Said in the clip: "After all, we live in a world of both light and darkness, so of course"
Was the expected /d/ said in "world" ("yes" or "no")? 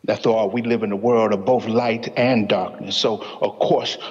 yes